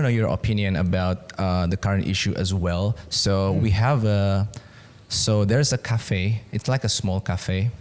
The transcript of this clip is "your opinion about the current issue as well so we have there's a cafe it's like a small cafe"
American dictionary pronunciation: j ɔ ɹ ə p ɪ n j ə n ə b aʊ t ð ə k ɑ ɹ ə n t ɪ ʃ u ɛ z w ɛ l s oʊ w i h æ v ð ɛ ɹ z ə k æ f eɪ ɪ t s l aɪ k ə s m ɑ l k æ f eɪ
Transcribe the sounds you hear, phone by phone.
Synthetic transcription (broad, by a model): j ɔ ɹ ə p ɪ n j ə n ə b aʊ t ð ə k ɑ ɹ ə n t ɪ ʃ u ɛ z w ɛ l s oʊ w i h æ v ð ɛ ɹ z ə k æ f eɪ ɪ t s l aɪ k ə s m ɑ l k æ f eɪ